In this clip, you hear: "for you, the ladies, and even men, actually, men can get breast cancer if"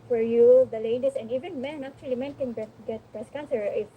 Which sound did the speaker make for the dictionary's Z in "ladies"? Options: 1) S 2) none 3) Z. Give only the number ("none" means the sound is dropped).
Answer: 1